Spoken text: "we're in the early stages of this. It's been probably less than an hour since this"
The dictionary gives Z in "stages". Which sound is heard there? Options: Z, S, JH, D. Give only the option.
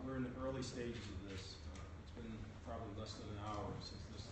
Z